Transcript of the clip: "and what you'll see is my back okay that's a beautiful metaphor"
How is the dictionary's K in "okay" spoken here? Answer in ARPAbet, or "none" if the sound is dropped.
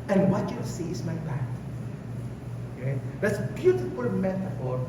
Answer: none